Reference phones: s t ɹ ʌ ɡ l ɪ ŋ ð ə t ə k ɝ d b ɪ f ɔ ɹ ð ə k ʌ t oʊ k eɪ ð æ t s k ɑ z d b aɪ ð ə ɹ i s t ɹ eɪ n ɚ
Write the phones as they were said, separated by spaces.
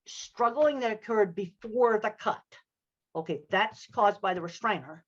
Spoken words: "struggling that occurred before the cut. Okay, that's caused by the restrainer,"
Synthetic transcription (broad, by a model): s t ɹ ʌ ɡ l ɪ ŋ ð ə t ə k ɝ d b ɪ f ɔ ɹ ð ə k ʌ t oʊ k eɪ ð æ t s k ɑ z b aɪ ð ə ɹ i s t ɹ eɪ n ɚ